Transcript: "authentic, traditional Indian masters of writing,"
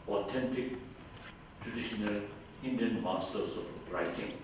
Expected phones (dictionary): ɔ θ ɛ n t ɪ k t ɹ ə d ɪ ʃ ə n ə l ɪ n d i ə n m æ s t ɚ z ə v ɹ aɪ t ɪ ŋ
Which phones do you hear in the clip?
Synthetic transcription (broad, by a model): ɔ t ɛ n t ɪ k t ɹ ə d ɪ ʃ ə n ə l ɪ n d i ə n m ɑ s t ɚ s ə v ɹ aɪ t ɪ ŋ